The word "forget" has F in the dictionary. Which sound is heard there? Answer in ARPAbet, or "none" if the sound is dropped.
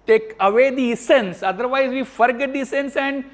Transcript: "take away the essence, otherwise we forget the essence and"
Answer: F